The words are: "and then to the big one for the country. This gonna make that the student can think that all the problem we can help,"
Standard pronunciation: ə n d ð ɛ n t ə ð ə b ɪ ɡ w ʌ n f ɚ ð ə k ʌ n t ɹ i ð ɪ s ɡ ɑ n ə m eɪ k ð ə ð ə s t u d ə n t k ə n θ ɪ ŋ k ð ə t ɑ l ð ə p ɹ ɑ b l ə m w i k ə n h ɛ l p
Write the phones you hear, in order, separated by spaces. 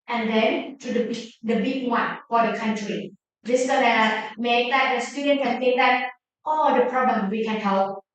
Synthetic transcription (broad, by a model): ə n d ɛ n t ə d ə b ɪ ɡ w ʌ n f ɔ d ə k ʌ n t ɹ i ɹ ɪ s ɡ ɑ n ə m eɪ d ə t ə s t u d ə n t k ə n t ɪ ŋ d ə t ɑ l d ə p ɹ ɑ b l ə m w i k ə n h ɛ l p